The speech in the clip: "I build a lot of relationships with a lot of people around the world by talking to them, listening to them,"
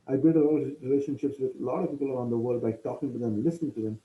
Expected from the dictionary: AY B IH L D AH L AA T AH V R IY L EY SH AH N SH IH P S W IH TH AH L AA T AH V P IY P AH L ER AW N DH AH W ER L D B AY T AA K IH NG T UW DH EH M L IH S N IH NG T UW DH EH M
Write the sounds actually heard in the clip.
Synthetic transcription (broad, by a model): AY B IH D AH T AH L R IY L EY SH AH N SH IH P S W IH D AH L AA T AH V P IY P AH L ER AW N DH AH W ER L D B AY T AA K IH NG T UW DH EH M L IH S N IH NG T UW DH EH M